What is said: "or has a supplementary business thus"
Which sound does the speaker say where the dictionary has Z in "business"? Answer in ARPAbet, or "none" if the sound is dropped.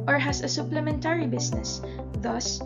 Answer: S